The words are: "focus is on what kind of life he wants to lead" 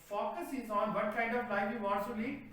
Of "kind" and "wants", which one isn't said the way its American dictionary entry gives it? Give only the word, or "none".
wants